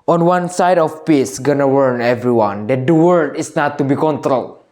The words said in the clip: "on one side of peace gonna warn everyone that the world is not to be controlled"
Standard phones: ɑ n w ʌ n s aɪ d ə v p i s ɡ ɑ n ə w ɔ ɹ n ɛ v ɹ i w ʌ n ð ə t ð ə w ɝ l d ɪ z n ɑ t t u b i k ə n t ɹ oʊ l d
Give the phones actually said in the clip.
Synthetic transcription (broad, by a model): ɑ n w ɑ n s aɪ d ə f p i s ɡ ɑ n ə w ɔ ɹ n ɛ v ɹ i w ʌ n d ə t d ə w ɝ d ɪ s n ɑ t t u b i k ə n t ɹ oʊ l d